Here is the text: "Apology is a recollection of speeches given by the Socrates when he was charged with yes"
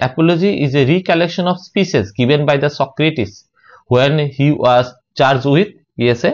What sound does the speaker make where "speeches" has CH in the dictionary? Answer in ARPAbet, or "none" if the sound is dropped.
SH